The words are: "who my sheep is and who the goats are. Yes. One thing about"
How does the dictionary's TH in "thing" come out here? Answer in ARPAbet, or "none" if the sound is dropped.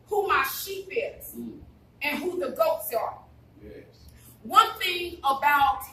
TH